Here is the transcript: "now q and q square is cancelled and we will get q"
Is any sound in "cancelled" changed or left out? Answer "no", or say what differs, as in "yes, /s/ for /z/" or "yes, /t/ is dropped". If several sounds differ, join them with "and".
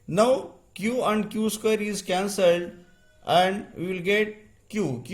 no